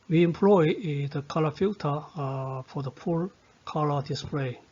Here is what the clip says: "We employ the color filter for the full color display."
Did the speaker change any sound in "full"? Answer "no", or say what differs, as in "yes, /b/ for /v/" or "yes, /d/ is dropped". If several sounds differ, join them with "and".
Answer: yes, /p/ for /f/